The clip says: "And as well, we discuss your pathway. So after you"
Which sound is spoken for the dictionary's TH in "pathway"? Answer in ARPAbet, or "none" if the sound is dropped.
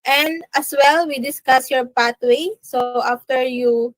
T